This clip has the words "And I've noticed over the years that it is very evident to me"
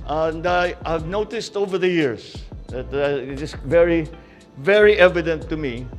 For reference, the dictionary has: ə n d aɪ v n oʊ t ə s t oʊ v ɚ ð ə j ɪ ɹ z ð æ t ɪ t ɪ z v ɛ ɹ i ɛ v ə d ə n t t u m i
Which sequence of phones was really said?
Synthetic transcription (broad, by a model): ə n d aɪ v n oʊ t ə s t oʊ v ɚ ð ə j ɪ ɹ s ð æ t ɪ t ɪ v v ɛ ɹ i ɛ v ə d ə n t t u m i